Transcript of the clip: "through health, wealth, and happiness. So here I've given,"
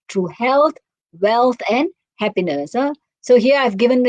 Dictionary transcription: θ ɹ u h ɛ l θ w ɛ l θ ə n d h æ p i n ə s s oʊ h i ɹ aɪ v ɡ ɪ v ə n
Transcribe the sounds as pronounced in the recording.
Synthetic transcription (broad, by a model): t ɹ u h ɛ l t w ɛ l t ə n d h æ p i n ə s s oʊ h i ɹ aɪ v ɡ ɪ v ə n